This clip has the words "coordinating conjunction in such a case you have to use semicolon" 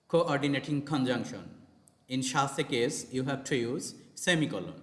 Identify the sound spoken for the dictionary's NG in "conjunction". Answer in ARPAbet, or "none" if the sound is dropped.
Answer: NG